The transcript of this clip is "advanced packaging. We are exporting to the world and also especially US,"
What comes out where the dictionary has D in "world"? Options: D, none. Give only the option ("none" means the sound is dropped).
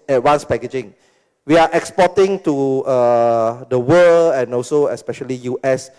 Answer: none